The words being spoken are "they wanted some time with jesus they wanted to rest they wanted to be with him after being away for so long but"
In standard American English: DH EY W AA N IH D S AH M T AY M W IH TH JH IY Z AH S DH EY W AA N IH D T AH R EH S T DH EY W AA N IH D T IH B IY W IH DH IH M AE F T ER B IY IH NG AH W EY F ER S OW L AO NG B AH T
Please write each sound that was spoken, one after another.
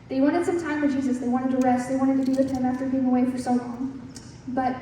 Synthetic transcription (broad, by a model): DH EY W AA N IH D S AH M T AY M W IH JH IY Z AH S DH EY W AA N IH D T AH R EH S T DH EY W AA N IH D T IH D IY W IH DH IH M AE F T ER B IY IH NG AH W EY F ER S OW L AO NG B AH T